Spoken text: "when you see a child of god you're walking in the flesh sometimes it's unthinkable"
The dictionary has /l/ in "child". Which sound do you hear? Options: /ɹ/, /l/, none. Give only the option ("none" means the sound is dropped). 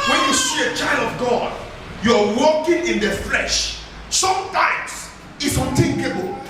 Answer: /l/